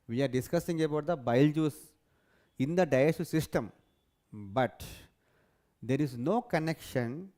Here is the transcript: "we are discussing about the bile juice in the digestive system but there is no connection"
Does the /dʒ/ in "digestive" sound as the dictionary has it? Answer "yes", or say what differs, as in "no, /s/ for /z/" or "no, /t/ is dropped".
no, /dʒ/ is dropped